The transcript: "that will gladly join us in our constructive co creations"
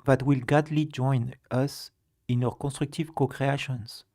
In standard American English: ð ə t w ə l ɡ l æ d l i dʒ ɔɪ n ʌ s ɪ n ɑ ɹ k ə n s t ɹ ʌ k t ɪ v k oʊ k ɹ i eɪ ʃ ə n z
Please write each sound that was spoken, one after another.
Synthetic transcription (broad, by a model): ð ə t w ə l ɡ ɑ d l i dʒ ɔɪ n ʌ s ɪ n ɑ w k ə s t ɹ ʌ k t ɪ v k oʊ k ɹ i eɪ ʃ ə n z